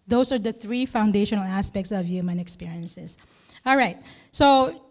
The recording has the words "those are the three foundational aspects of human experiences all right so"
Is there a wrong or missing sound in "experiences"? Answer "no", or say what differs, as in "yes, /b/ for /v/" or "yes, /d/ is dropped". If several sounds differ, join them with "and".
yes, /s/ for /z/